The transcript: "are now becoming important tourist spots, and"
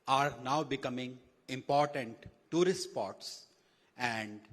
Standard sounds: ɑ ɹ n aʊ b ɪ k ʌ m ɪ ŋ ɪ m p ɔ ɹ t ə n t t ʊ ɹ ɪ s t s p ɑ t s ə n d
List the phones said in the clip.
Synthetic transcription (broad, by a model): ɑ ɹ n aʊ b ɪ k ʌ m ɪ ŋ ɪ m p ɔ ɹ t ə n t t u ɹ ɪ s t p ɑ t s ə n d